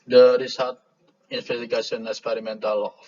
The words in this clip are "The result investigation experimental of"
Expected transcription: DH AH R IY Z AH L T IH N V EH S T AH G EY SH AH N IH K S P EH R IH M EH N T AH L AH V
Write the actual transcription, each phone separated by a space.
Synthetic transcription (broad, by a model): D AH R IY S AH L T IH N F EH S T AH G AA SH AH N IH K S P EH R IH M EH N T AH L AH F